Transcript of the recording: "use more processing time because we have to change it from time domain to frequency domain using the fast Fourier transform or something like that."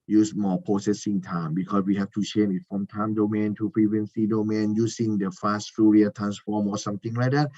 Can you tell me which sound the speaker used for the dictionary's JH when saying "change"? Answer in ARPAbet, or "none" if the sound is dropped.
none